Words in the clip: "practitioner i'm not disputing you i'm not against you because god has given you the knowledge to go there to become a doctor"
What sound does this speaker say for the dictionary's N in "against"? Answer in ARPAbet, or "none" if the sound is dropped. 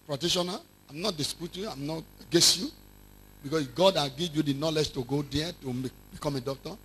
none